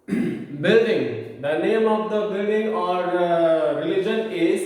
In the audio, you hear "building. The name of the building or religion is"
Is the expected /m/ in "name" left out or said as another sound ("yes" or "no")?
no